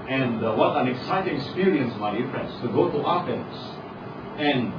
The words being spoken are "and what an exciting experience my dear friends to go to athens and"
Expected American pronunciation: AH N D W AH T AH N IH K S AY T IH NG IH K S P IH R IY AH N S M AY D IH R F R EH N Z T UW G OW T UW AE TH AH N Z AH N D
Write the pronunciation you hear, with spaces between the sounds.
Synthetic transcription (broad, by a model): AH N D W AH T AH N IH K S AY T IH NG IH K S P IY R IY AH N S M AY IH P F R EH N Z T UW G OW T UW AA F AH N S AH N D